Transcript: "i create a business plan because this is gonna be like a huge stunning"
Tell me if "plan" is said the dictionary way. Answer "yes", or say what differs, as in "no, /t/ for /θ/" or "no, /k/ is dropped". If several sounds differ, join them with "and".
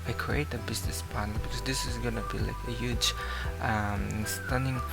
no, /n/ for /l/ and /l/ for /n/